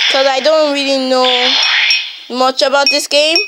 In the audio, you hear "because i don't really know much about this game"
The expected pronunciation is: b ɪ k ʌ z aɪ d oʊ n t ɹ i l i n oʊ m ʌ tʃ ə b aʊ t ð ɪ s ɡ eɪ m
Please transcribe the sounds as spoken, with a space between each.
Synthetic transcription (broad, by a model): k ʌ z aɪ d oʊ n t ɹ i l i n oʊ m ʌ tʃ ə b aʊ t ð ɪ s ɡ eɪ m